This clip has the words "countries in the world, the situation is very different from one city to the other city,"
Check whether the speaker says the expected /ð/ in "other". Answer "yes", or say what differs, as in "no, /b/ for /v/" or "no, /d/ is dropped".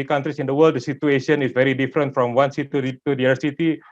no, /ð/ is dropped